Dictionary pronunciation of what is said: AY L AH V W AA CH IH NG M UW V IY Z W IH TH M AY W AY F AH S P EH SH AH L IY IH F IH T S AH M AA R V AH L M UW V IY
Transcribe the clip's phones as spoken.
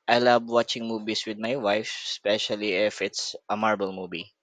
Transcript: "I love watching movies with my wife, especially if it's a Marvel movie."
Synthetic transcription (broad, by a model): AY L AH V W AA CH IH NG M UW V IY S W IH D M AY W AY F S P EH SH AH L IY IH F IH T S AH M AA R B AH L M UW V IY